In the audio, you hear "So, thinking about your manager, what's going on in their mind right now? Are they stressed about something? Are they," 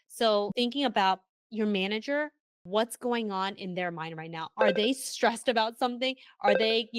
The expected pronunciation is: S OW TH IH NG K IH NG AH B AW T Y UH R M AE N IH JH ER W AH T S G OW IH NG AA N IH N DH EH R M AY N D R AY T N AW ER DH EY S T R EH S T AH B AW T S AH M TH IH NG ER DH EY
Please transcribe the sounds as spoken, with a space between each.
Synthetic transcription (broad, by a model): S OW TH IH NG K IH NG AH B AW T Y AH R M AE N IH JH ER W AH T S G OW IH NG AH N IH N DH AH R M AY N D R AY T N AW ER DH EY S T R EH S T AH B AW T S AH M TH IH NG ER DH EY